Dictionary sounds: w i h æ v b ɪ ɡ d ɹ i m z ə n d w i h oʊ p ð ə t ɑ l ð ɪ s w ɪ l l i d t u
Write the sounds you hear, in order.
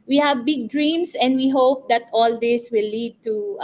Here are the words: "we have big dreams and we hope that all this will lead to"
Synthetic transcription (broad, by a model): w i h æ v b ɪ ɡ d ɹ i m s ə n d w i h oʊ p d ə t ɑ l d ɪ s w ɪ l l i d t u